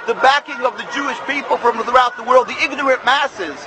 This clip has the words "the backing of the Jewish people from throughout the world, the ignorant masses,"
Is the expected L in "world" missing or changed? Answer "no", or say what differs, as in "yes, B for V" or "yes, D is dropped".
no